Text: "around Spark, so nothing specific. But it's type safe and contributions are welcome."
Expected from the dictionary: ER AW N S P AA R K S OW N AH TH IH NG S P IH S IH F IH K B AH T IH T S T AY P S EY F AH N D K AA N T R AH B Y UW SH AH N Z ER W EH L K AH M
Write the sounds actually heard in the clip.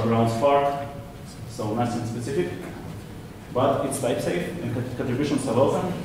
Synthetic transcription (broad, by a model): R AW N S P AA R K S OW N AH S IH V S P IH S IH F IH K B AH T IH T S T AY P S EY F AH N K K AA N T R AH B Y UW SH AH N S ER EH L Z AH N